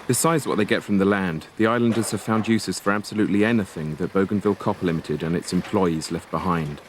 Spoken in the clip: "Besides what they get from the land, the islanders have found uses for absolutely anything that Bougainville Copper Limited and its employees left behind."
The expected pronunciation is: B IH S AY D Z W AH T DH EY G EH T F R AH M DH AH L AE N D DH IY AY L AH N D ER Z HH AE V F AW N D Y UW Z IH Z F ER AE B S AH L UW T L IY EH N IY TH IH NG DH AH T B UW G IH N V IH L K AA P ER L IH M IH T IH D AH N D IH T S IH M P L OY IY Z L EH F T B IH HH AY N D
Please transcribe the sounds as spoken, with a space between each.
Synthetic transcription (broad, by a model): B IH S AY D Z W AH T DH EY G EH T F R AH M DH AH L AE N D DH IY AY L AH N D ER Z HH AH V F AW N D Y UW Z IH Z F ER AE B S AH L UW T L IY EH N IY TH IH NG DH AH T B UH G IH N V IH L K AA P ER L IH M IH T IH D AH N IH T S IH M P L OY IY Z L EH F T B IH HH AY N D